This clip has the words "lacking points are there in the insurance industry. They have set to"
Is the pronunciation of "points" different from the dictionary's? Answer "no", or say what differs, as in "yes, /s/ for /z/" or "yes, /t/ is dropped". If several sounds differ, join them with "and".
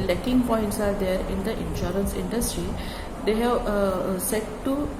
no